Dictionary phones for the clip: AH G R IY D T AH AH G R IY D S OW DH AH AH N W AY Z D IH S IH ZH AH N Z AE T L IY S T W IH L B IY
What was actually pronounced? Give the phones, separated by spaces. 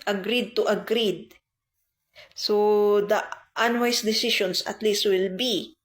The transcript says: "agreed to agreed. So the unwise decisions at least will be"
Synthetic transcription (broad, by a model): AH G R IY D T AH AH G R IY D S OW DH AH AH N W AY S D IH S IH SH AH N S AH T L IY S T W IH L B IY